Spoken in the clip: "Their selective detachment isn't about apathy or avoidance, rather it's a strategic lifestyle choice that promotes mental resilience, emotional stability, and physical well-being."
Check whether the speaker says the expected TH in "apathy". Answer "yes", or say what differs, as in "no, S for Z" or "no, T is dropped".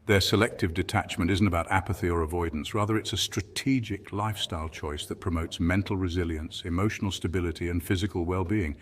yes